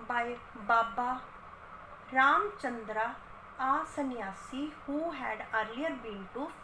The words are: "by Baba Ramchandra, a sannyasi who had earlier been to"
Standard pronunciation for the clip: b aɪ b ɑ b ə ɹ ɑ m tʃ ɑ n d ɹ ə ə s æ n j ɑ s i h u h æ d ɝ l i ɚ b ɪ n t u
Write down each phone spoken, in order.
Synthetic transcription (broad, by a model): b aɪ b ɑ b ə ɹ ɑ m tʃ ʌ n d ɹ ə ə s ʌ n j ɑ s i h u h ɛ d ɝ i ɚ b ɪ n t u